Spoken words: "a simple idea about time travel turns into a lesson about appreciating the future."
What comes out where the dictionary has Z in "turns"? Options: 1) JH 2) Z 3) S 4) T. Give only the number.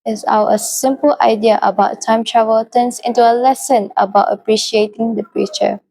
3